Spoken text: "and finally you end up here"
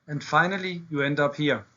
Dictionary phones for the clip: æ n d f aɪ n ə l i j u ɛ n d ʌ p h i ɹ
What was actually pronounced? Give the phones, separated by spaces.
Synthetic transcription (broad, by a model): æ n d f aɪ n ə l i j u ɛ n d ʌ p h i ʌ